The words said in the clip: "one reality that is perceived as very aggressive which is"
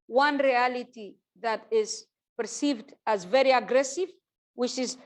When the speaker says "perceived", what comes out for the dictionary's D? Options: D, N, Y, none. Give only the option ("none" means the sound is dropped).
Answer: D